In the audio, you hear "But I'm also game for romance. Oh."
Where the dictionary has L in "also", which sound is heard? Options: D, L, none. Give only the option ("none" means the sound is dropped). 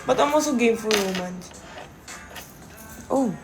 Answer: none